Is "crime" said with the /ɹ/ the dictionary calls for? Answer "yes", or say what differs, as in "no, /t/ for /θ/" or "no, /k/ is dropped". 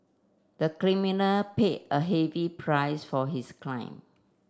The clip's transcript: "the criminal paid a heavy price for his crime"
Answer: no, /l/ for /ɹ/